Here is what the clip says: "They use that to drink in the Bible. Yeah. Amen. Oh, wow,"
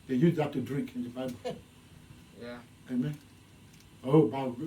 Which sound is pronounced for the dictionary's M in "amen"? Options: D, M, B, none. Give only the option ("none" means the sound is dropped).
M